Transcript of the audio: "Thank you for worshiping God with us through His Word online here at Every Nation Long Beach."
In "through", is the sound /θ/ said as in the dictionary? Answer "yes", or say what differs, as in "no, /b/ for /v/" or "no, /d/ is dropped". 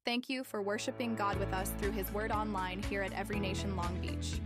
yes